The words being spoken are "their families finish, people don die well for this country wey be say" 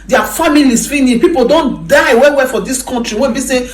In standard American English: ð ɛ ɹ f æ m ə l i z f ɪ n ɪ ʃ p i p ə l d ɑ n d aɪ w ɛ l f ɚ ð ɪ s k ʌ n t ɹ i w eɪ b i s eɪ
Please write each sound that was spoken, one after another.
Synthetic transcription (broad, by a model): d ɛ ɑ f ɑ m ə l i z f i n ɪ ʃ p i p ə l d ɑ n d aɪ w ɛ w f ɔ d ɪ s k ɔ n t ɹ i w eɪ b i s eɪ